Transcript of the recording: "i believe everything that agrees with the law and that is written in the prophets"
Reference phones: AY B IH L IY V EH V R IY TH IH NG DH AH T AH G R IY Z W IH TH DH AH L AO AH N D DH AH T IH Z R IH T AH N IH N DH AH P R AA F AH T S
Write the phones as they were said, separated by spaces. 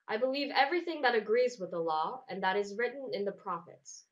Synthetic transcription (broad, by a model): AY B IH L IY V EH V R IY TH IH NG DH AH T AH G R IY Z W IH DH AH L AO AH N DH AH T IH Z R IH T N IH N DH AH P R AA F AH T S